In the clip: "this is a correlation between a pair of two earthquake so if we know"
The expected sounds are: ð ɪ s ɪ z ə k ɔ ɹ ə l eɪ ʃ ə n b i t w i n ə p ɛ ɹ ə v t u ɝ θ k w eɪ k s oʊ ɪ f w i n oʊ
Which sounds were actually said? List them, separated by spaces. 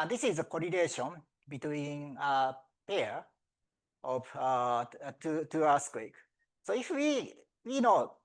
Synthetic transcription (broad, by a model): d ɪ s ɪ z ə k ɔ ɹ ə n eɪ ʃ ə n b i t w i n ə p ɛ ɹ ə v t u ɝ s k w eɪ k s oʊ ɪ f w i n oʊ